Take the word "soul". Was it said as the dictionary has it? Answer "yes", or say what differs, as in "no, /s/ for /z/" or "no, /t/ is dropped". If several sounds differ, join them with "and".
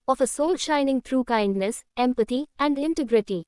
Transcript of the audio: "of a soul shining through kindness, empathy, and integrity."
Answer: yes